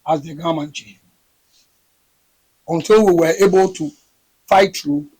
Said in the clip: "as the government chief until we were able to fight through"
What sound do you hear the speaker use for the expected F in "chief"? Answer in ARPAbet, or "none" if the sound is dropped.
none